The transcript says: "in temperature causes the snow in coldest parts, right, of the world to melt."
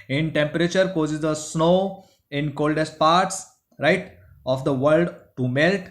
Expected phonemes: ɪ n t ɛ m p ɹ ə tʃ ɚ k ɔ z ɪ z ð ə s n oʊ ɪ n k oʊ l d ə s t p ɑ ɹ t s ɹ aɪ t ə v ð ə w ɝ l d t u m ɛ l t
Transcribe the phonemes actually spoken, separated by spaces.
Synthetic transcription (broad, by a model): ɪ n t ɛ m p ɹ ə tʃ ɚ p ɔ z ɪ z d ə s n oʊ ɪ n k oʊ l d ə s t p ɑ ɹ t s ɹ aɪ t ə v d ə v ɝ l d t u m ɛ l t